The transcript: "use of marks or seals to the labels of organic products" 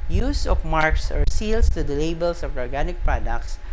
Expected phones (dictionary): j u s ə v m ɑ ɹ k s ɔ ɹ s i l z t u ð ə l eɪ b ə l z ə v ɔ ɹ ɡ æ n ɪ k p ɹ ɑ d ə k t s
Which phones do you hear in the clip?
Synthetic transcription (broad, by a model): j u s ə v m ɑ ɹ k s ɔ ɹ s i l s t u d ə l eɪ b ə l s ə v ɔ ɹ ɡ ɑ n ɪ k p ɹ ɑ d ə k t s